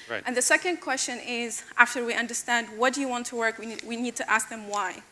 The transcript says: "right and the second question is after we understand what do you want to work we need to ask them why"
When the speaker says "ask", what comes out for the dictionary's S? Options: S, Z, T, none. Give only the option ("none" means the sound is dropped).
S